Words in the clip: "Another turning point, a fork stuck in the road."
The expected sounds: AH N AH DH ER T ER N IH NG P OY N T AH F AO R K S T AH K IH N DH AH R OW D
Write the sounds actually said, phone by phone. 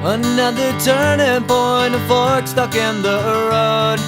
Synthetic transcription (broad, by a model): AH N AH DH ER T ER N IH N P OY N AH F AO R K S T AH K IH N DH AH R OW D